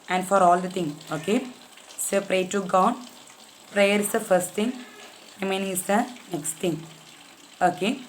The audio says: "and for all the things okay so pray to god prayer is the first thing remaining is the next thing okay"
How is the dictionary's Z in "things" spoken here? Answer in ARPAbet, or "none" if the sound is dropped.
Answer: none